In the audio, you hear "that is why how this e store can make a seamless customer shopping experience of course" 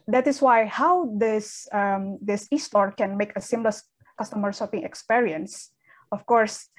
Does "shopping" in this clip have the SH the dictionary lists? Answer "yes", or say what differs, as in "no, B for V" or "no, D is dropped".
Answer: no, S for SH